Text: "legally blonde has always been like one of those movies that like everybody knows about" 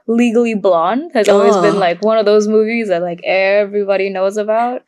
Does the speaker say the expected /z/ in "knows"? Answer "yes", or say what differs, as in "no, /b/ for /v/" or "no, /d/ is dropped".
yes